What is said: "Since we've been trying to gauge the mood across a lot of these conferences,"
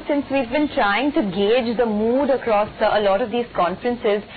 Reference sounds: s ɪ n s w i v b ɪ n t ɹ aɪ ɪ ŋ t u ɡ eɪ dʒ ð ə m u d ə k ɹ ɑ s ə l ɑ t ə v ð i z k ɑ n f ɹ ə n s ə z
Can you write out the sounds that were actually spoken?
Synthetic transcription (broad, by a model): s ɪ n s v i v b ɪ n t ɹ aɪ ɪ ŋ t u ɡ eɪ dʒ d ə m u d ə k ɹ ɑ s ə l ɑ t ə v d i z k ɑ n f ɹ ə n s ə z